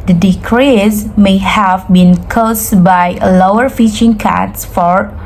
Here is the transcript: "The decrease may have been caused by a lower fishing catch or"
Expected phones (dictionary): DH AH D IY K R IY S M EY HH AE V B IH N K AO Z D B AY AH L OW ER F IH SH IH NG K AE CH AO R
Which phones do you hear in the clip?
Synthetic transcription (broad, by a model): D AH D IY K R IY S M EY HH AE V B IH N K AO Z B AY AH L OW ER F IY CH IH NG K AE S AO R